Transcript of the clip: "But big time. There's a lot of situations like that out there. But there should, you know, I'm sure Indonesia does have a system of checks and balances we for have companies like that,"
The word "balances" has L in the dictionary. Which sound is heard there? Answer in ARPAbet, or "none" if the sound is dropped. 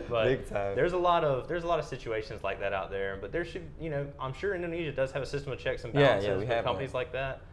none